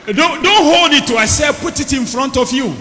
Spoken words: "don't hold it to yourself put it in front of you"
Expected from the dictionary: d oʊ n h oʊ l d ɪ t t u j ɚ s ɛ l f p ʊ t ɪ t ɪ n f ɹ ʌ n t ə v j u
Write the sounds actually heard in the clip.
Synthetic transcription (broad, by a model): d oʊ n h oʊ l d ɪ t t u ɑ s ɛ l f p ʊ t ɪ t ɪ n f ɹ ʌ n t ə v j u